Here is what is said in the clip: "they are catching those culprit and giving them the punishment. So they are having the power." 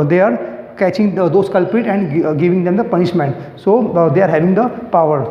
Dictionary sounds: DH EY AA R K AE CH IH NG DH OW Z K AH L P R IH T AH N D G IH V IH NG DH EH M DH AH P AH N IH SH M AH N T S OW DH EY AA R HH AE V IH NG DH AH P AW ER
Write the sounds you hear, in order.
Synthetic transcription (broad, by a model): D EY AA R K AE CH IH NG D OW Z K AH L P R IH T AH N D G IH V IH NG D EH M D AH P AH N IH SH M AH N T S OW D EY AA R HH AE V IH NG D AH P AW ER